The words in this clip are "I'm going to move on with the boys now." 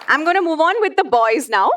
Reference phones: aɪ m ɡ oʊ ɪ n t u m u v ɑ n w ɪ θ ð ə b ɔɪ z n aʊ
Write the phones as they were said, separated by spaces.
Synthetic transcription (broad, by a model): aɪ m ɡ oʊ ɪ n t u m u v ɑ n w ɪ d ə b ɔɪ z n aʊ